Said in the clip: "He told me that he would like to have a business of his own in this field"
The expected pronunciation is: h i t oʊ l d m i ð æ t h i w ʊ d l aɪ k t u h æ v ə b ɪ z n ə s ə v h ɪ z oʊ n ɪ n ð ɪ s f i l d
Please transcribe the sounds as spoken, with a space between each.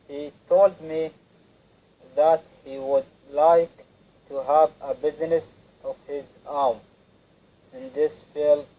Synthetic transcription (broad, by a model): h i t oʊ l d m i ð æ t h i w ʊ d l aɪ k t u h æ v ə b ɪ z n ə s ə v h ɪ z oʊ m ɪ n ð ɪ s f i l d